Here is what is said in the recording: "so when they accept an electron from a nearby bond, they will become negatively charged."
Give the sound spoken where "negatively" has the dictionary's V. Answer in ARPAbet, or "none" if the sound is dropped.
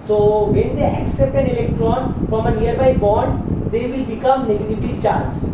B